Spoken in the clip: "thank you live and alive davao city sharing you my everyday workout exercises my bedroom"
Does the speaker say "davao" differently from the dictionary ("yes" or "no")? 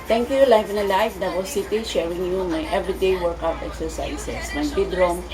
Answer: yes